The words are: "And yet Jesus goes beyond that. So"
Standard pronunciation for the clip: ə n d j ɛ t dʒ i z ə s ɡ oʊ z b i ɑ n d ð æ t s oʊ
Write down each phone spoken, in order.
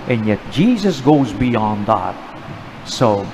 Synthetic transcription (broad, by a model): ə n j ɛ t dʒ i z ə s ɡ oʊ z b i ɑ n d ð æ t s oʊ